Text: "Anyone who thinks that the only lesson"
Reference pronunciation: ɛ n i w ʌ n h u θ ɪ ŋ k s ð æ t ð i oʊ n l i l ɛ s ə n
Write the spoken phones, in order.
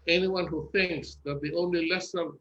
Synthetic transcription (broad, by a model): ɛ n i w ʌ n h u θ ɪ ŋ k s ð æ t ð i oʊ n l i l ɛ s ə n